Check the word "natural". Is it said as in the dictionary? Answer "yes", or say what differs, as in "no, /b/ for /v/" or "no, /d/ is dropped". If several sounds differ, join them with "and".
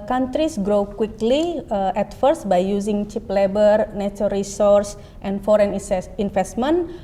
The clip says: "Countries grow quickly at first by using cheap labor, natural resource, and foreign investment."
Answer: no, /ɹ/ is dropped